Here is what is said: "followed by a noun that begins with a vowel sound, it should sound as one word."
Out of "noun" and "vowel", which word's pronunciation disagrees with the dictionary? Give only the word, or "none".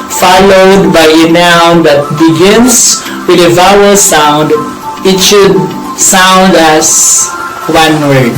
none